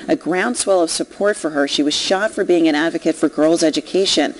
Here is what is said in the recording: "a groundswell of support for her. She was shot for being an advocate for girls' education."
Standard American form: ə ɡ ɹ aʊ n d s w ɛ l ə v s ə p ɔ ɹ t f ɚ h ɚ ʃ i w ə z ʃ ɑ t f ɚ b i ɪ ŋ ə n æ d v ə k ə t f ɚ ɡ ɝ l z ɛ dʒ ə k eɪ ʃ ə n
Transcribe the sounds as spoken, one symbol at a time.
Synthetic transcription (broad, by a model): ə ɡ ɹ aʊ n d s w ɛ l ə v s ə p ɔ ɹ t f ɚ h ɚ ʃ i w ə z ʃ ɑ t f ɚ b i ɪ ŋ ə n æ d v ə k ə t f ɚ ɡ ɝ l z ɛ dʒ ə k eɪ ʃ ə n